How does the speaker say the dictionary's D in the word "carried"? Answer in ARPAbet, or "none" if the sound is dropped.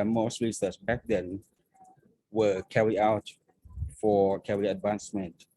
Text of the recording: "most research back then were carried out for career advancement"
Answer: none